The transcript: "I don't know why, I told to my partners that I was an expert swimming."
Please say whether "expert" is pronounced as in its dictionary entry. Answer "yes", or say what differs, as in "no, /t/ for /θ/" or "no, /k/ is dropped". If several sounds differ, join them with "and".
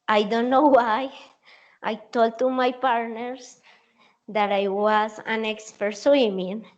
yes